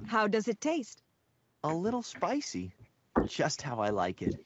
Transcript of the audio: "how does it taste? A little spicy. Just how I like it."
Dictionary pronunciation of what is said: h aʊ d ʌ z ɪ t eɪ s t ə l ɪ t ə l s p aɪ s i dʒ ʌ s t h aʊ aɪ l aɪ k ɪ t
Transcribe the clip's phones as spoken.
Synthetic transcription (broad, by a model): h aʊ d ʌ z ɪ t eɪ s t ə l ɪ t l s p aɪ s i dʒ ʌ s t h aʊ aɪ l aɪ k ɪ t